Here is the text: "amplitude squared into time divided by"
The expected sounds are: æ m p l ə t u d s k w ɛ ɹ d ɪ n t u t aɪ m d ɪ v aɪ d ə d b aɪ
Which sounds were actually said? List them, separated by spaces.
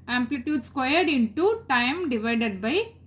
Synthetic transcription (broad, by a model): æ m p l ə t u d s k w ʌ ɹ d ɪ n t u t aɪ m d ɪ v aɪ d ə d b aɪ